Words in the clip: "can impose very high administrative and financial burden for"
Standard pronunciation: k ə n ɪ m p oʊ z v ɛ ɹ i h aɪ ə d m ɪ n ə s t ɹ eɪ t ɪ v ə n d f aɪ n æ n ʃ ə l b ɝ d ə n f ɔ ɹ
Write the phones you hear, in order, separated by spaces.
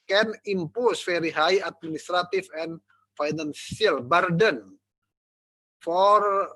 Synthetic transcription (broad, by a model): k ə n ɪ m p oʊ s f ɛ ɹ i h aɪ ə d m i n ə s t ɹ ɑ t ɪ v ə n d f aɪ n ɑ n s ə l b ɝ d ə n f ɔ ɹ